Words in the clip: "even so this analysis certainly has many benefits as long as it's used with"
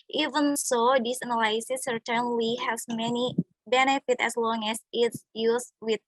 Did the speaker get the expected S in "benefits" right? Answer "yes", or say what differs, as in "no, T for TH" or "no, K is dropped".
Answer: no, S is dropped